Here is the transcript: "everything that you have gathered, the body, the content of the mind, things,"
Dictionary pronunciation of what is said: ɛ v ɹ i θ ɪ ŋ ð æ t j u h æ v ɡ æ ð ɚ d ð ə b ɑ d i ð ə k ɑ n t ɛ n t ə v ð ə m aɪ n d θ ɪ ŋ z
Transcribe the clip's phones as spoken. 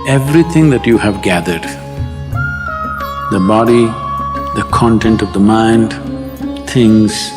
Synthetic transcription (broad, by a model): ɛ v ɹ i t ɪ ŋ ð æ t j u h æ v ɡ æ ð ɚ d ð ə b ɑ d i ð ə k ɑ n t ɛ n t ə v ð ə m aɪ n d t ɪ ŋ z